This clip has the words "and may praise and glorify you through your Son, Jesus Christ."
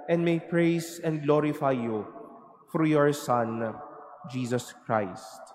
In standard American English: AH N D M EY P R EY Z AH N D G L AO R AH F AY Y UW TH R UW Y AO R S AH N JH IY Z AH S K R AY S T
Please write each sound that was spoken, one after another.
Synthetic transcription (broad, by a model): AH N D M EY P R EY S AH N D G L AO R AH F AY Y UW F R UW Y AO R S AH N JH IY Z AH S K R AY S T